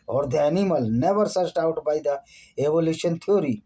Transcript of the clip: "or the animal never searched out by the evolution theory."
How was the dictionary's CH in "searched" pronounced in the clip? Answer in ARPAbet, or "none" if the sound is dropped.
S